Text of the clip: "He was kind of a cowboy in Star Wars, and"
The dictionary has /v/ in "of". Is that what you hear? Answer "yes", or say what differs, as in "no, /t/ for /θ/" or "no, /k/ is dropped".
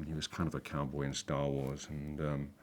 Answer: yes